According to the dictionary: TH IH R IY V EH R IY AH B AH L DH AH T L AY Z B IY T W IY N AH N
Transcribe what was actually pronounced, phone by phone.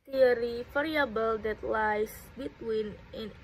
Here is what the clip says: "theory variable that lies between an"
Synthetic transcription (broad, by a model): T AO R IY F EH R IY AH B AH L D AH T L AY S B IY T W IY N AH N